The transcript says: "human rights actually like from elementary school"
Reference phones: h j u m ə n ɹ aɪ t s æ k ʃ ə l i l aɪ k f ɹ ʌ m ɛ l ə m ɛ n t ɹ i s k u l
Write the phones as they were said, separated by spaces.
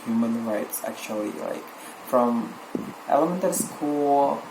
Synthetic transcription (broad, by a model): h j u m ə n ɹ aɪ t s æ k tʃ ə l i l aɪ k f ɹ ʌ m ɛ l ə m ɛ n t i s k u l